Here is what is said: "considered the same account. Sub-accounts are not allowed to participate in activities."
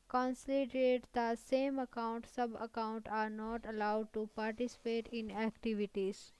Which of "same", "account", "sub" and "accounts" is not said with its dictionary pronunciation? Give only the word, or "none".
accounts